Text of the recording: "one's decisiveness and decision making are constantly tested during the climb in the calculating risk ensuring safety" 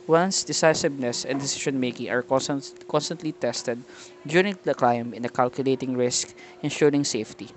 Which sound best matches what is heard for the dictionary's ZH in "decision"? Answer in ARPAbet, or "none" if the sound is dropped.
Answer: SH